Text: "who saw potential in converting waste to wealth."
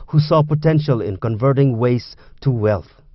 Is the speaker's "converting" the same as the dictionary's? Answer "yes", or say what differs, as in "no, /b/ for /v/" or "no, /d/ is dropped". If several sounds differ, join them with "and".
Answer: yes